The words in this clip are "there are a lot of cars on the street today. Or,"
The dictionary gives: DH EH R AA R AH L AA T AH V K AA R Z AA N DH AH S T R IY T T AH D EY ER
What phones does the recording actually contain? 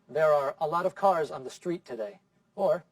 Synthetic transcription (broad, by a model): DH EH R AA R AH L AA T AH V K AA R Z N DH AH S T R IY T T AH D EY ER